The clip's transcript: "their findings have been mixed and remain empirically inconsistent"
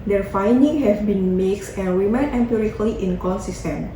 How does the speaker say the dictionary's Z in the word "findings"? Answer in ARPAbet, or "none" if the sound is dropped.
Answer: none